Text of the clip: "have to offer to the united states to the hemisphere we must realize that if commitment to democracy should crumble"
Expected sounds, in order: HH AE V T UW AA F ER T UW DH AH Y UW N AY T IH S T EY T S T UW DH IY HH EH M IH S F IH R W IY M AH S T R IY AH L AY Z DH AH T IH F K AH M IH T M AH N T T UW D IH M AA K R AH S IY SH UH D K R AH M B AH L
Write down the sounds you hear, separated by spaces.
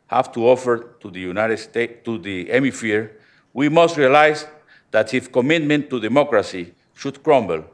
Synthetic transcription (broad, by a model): HH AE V T UW AA F ER T UW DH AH Y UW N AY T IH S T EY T T UW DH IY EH M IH F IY R W IY M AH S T R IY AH L AY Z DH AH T IH F K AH M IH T M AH N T T UW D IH M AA K R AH S IY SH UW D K R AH M B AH L